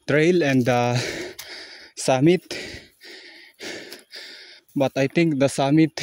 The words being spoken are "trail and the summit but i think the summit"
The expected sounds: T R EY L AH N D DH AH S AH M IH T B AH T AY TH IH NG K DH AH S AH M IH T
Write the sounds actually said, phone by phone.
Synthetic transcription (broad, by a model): T R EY L AH N D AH S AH M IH T B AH T AY T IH NG K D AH S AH M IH T